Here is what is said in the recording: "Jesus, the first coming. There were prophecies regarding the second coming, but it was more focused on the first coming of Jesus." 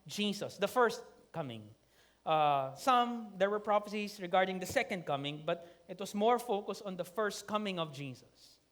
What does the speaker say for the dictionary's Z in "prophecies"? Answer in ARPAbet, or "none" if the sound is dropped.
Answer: S